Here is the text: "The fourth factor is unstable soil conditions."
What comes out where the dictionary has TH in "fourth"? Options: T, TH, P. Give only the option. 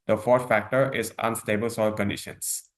T